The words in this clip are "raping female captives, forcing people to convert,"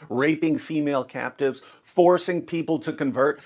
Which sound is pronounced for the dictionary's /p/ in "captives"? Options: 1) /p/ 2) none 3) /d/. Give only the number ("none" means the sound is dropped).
1